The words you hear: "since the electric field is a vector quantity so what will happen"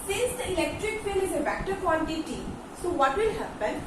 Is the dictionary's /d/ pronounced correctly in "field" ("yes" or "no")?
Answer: no